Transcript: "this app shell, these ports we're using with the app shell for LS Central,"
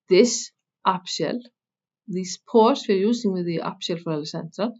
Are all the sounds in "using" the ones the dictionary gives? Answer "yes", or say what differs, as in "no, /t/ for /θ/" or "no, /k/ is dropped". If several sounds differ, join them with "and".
no, /s/ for /z/